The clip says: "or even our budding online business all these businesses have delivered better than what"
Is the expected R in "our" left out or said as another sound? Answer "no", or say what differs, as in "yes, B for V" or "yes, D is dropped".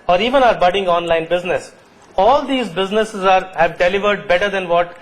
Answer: no